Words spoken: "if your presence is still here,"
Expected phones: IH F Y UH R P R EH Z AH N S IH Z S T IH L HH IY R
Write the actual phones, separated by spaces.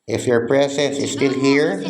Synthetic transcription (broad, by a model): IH F Y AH R P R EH S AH S IH Z S T IH L HH IY R